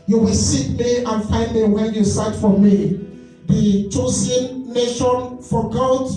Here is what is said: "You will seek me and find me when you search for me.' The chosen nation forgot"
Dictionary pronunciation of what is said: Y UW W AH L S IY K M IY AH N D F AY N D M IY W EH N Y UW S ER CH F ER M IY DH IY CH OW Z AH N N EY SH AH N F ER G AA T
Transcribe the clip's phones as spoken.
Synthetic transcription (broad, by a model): Y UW W AH L S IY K M IY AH N F AY N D M IY W EH N Y UW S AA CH F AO M IY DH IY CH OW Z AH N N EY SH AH N F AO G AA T